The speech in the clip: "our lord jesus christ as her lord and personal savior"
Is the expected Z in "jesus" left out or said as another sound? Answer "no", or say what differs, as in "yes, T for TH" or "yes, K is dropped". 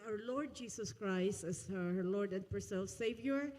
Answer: yes, S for Z